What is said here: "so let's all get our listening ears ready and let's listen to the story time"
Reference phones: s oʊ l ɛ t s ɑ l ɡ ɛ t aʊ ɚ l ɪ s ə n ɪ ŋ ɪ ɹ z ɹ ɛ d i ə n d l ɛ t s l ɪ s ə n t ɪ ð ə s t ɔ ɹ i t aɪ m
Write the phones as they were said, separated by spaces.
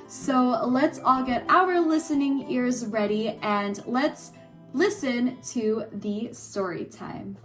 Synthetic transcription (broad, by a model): s oʊ l ɛ t s ɑ l ɡ ɛ t aʊ ɚ l ɪ s ə n ɪ ŋ ɪ ɹ z ɹ ɛ d i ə n l ɛ t s l ɪ s ə n t ɪ ð ə s t ɔ ɹ i t aɪ m